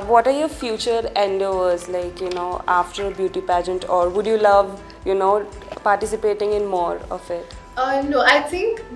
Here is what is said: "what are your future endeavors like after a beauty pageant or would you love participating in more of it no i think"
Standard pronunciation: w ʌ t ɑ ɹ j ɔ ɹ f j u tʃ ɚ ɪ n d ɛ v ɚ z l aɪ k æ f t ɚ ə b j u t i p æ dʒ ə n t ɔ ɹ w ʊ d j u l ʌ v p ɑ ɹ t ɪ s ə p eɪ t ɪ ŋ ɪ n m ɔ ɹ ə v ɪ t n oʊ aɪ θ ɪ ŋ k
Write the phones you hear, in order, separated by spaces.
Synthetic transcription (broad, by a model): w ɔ t ɑ ɹ j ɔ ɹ f j u tʃ ɚ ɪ n d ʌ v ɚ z l aɪ k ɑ f t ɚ ə b j u t i p æ dʒ ə n t ɔ ɹ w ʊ d j u l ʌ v p ɑ ɹ t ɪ s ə p eɪ t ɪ ŋ ɪ n m ɔ ɹ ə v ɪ t n oʊ aɪ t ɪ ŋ k